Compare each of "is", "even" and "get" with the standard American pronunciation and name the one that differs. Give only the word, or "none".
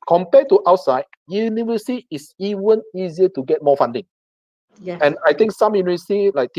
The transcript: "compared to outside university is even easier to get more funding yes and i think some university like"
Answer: is